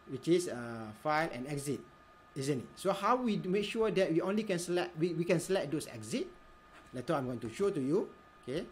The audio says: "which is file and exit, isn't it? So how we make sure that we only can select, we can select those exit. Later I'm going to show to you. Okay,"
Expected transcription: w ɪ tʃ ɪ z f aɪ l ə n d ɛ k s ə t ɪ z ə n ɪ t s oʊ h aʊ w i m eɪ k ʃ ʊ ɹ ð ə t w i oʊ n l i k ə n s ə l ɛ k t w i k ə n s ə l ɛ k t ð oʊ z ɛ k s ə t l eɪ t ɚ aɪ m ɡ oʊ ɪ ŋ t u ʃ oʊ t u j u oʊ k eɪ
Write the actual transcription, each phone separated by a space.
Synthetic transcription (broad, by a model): w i tʃ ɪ s f aɪ l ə n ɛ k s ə t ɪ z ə n ɪ t s oʊ h aʊ w i m eɪ k ʃ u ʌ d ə t w i oʊ n l i k ə n s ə l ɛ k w w i k ə n s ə l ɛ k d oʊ s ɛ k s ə t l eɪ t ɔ aɪ m ɡ oʊ ɪ ŋ t u ʃ oʊ t u j u oʊ k eɪ